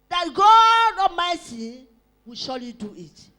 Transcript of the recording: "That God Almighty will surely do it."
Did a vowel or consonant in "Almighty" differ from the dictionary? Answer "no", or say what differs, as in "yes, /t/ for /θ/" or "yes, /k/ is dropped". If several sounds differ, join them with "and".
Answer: yes, /l/ is dropped and /s/ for /t/